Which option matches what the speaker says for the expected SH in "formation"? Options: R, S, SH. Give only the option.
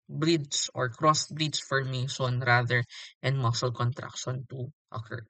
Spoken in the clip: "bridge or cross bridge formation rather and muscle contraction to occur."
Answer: S